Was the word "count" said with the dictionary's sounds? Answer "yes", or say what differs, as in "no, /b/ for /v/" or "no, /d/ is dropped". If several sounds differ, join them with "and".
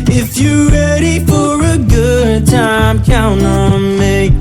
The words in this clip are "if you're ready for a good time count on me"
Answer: no, /t/ is dropped